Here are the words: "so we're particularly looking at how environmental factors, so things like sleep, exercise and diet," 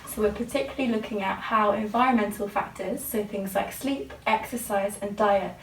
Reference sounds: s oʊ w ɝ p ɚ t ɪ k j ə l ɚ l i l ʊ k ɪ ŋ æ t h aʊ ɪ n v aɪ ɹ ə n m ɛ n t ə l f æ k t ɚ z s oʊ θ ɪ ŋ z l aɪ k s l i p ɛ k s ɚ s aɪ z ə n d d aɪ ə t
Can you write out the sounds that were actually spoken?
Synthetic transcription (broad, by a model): s oʊ w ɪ p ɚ t ɪ k j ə l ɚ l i l ʊ k ɪ ŋ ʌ t h aʊ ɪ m v aɪ ɹ ə n m ɛ n t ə l f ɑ k t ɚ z s oʊ θ ɪ ŋ z l aɪ k s l i p ɛ k s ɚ s aɪ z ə n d d aɪ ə t